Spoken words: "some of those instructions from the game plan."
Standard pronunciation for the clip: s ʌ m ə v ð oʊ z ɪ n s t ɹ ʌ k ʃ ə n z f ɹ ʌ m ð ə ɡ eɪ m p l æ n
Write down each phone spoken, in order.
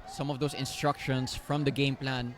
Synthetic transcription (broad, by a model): s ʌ m ə v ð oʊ s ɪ n s t ɹ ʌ k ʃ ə n s f ɹ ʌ m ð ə ɡ eɪ m p l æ n